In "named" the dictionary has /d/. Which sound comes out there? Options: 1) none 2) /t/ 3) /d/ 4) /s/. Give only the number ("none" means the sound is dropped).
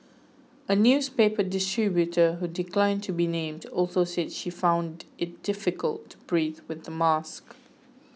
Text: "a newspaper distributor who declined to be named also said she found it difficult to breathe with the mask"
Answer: 3